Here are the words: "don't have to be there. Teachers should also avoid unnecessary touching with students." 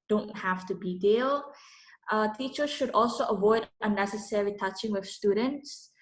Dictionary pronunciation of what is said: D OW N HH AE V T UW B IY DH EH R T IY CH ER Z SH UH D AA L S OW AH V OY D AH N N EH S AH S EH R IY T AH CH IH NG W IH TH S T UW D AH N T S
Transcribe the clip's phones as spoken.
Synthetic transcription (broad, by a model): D OW N HH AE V T UW B IY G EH L T IY CH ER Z SH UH D AA L S OW AH V OY D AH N N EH S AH S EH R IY T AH CH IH NG W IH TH S T UW D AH N T S